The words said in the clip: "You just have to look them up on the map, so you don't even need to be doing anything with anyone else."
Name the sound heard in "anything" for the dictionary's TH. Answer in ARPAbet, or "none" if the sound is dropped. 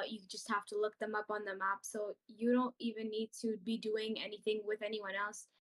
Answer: TH